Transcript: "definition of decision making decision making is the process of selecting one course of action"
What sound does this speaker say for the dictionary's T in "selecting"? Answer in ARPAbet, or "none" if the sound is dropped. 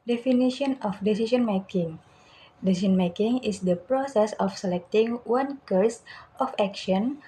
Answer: T